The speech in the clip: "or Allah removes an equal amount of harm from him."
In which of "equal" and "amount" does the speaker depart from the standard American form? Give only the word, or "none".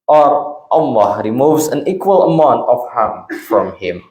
none